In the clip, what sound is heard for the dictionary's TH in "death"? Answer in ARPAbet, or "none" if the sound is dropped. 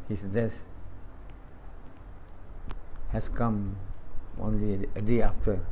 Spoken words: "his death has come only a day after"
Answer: S